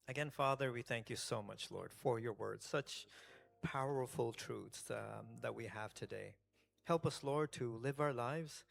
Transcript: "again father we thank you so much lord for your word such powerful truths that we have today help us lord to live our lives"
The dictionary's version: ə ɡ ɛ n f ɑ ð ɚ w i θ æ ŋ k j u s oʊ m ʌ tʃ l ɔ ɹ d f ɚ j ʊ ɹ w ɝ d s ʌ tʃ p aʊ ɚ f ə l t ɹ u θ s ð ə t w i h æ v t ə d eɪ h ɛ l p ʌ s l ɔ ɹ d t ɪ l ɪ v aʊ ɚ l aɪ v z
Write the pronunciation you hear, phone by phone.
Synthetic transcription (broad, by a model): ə ɡ ɛ n f ɑ ð ɚ w i θ æ ŋ k j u s oʊ m ʌ tʃ l ɔ ɹ d f ɚ j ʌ ɹ w ɝ d s ʌ tʃ p aʊ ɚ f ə l t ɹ u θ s ð ə t w i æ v t ə d eɪ h ɛ l p ʌ s l ɔ ɹ d t ɪ l ɪ v aʊ ɚ l aɪ v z